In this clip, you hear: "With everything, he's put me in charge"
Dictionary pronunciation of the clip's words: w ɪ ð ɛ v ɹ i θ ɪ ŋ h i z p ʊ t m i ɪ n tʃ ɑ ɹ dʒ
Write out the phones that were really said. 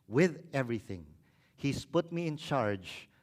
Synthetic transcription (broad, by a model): w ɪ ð ɛ v ɹ i θ ɪ ŋ h i s p ʊ t m i ɪ n tʃ ɑ ɹ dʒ